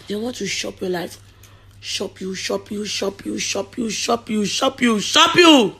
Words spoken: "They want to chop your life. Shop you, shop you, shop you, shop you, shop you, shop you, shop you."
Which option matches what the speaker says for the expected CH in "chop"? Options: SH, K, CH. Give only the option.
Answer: SH